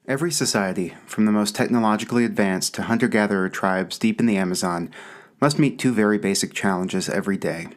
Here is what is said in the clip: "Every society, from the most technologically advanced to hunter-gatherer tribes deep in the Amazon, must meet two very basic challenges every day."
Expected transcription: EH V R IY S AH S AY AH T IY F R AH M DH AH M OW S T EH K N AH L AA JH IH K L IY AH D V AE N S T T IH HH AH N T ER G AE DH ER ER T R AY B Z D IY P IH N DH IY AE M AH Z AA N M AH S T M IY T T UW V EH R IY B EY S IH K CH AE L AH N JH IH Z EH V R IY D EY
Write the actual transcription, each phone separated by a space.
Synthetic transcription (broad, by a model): EH V R IY S AH S AY AH T IY F R AH M DH AH M OW S T EH K N AH L AA JH IH K L IY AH D V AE N S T T IH HH AH N T ER G AE DH ER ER T R AY B Z D IY P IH N DH IY AE M AH Z AA N M AH S T M IY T T UW V EH R IY B EY S IH K CH AE L AH N JH IH Z EH V R IY D EY